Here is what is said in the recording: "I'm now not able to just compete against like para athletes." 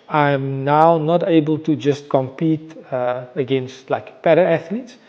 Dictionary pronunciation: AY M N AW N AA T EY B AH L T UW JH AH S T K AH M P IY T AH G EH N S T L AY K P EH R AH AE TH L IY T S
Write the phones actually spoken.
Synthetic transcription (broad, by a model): AY M N AW N AA T EY B AH L T UW JH AH S T K AH M P IY T AH G EH N S T L AY K P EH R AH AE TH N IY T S